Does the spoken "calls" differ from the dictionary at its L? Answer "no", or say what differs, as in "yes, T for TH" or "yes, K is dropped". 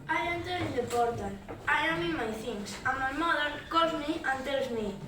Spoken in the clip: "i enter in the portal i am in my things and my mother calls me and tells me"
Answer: yes, L is dropped